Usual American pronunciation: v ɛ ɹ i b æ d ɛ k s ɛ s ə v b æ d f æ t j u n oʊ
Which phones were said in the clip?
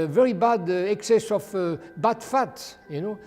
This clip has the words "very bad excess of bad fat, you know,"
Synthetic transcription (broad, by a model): v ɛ ɹ i b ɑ d ɛ k s ɛ s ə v b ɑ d f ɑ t j u n oʊ